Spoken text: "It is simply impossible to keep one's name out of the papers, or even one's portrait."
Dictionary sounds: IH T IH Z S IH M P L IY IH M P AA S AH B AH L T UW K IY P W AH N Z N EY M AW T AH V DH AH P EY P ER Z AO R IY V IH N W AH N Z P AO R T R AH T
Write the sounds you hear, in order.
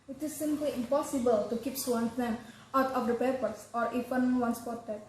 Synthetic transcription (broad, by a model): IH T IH S IH M P L IY IH M P AA S AH B AH L T UW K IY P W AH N S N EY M AW T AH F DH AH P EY P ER S AO R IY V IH N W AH N S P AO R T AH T